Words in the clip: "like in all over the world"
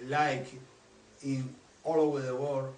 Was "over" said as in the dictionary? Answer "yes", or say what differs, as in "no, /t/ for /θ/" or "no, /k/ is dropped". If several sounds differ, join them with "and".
yes